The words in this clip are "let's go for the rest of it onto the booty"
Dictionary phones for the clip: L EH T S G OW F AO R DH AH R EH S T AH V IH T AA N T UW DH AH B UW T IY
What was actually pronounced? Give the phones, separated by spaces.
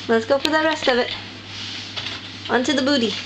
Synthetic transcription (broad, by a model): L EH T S G OW P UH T DH AH R EH S T AH V IH T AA N T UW DH AH B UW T IY